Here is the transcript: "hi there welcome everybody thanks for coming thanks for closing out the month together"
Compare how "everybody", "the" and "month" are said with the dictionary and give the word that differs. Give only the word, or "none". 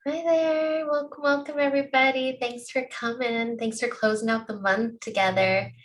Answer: none